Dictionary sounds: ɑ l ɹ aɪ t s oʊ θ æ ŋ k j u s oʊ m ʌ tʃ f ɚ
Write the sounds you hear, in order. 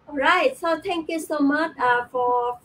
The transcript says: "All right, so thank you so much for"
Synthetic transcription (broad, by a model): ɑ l ɹ aɪ t s oʊ t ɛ ŋ k j u s oʊ m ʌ tʃ f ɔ